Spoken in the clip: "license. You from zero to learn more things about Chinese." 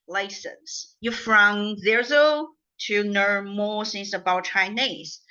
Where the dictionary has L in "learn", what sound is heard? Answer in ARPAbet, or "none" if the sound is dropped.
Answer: N